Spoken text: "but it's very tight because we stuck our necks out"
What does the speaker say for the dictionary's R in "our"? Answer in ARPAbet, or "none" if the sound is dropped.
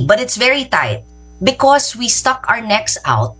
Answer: R